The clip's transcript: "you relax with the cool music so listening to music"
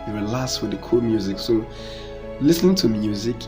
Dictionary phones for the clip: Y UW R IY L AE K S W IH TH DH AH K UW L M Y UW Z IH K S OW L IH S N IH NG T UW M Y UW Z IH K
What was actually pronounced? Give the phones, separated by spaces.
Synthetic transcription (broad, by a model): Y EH W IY L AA S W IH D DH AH K UW L M Y UW Z IH K S OW L IH S N IH NG T UW M Y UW Z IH K